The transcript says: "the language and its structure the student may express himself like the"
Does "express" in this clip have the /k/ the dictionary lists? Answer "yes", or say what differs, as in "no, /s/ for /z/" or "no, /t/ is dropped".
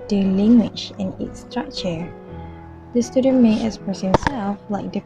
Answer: no, /k/ is dropped